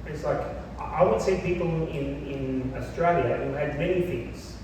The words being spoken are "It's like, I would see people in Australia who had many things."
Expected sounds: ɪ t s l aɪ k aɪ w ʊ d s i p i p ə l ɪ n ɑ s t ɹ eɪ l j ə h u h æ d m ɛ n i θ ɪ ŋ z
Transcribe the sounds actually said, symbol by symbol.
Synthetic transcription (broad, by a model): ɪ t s l aɪ k aɪ w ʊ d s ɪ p i p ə n ɪ n ɑ s t ɹ eɪ l j ə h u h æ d m ɛ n i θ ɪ ŋ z